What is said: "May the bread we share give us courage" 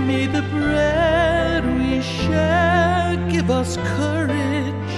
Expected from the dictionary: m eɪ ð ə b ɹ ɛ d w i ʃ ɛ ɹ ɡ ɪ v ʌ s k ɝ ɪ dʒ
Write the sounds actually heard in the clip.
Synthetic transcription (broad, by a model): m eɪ ð ə b ɹ ɛ d w i ʃ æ l ɡ ɪ v ʌ s k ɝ ɪ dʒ